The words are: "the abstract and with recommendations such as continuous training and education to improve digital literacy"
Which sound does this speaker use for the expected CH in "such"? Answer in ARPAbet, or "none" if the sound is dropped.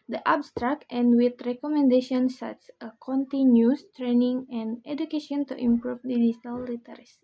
S